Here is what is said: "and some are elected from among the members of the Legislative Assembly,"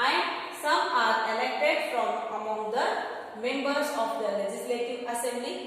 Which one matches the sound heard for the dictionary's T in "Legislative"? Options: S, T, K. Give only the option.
T